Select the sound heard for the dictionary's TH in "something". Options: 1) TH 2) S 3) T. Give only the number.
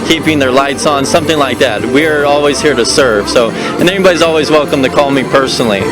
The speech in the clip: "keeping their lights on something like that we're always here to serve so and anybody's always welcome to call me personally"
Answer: 1